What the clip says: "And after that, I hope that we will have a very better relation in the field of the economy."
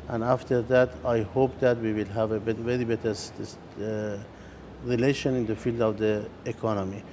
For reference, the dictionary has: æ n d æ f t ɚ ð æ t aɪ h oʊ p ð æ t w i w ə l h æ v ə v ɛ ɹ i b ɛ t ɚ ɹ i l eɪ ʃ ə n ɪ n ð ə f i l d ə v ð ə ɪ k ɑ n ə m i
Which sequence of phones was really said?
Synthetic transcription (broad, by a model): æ n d æ f t ɚ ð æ t aɪ h oʊ p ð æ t w i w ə l h æ v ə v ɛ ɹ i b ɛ t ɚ ɹ i l eɪ ʃ ə n ɪ n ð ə f i l d ə v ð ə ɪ k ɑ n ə m i